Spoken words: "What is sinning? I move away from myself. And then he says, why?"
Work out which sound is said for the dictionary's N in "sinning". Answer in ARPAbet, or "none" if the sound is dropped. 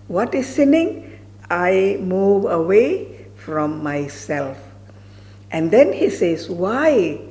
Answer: N